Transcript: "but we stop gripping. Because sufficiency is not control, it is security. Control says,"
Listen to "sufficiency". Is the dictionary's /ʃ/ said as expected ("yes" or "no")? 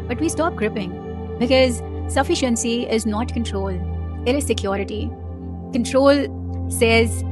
yes